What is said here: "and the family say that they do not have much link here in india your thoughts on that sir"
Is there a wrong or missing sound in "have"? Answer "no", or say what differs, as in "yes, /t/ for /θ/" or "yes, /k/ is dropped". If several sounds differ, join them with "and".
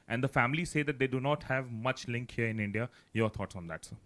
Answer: no